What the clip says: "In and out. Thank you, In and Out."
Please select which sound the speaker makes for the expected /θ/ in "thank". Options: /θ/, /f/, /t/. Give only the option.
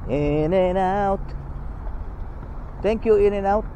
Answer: /t/